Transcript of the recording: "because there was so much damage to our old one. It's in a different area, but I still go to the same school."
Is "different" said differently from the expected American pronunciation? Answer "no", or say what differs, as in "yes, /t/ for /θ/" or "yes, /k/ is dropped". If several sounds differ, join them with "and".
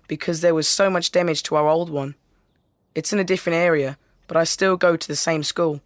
no